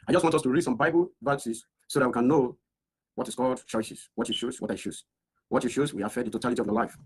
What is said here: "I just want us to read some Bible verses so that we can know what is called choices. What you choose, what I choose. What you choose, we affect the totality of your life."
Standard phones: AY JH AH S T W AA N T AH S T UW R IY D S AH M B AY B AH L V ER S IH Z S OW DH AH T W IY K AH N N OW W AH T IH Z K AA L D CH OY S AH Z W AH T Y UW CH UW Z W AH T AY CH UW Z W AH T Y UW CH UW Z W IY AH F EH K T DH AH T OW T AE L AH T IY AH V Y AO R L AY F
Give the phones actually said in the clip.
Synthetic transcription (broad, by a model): AY JH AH S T W AA N T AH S T UW R IY D S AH M B AY B AH L V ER S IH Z S OW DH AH T W IY K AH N N OW W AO T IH S K AA L D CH OY S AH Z W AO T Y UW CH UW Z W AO T AY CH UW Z W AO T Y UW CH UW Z W IY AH F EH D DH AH T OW T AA L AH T IY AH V Y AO L AY F